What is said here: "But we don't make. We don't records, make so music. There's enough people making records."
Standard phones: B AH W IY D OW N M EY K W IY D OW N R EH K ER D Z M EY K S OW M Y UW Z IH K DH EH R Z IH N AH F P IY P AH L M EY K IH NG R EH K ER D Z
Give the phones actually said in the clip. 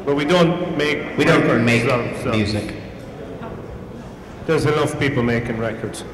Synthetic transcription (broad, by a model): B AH W IY D OW N M EY K W IY D OW N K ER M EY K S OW M Y UW Z IH K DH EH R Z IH L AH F P IY P AH L M EY K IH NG R EH K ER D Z